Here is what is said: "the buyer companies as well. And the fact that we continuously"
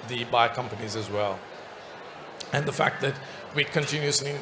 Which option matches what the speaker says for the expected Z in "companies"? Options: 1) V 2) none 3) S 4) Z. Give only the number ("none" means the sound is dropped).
4